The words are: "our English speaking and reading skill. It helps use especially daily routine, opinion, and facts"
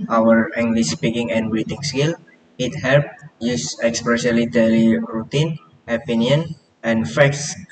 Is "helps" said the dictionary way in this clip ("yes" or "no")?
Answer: no